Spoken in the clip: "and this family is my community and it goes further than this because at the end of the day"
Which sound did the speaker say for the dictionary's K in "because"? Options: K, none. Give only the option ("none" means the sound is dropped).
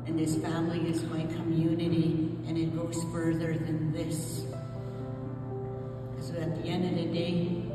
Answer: none